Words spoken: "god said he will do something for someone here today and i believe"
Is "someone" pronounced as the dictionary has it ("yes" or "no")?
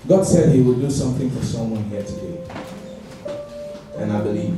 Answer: yes